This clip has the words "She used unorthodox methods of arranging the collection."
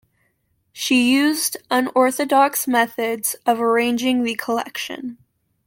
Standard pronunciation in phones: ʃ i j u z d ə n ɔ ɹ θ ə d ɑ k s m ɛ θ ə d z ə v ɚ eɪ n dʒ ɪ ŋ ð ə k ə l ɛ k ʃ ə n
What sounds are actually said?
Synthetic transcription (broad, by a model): ʃ i j u z d ə n ɔ ɹ θ ə d ɑ k s m ɛ θ ə d z ə v ɚ eɪ n dʒ ɪ ŋ ð ə k ə l ɛ k ʃ ə n